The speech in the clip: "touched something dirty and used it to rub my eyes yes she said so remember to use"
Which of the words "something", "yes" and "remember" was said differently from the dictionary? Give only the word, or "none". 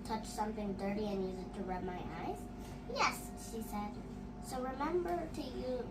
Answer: none